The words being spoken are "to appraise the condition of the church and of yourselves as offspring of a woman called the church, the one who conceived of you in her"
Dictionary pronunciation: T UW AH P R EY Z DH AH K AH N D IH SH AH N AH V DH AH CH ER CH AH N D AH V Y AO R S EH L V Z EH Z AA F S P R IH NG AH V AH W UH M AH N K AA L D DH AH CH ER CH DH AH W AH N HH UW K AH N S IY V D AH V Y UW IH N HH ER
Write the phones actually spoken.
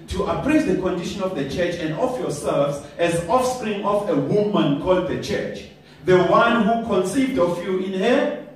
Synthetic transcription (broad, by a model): T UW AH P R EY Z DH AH K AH N D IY SH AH N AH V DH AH CH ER CH AH N D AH F Y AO S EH L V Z EH Z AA F S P R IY NG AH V AH W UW M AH N K AA L D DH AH CH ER CH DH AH W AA N HH UW K AH N S IY V D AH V Y UW IH N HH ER